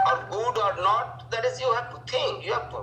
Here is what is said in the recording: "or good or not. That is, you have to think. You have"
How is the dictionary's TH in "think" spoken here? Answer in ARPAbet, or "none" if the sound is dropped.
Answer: T